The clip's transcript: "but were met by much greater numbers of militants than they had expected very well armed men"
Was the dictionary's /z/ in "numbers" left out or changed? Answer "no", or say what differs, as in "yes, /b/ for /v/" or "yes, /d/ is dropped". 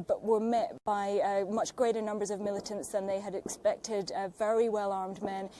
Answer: no